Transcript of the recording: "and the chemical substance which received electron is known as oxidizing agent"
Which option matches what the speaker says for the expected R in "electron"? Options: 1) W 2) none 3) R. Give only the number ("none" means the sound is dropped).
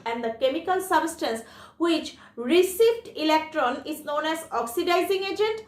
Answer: 3